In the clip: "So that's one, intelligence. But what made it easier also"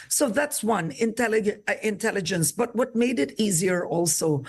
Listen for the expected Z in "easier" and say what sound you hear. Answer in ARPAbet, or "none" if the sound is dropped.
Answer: Z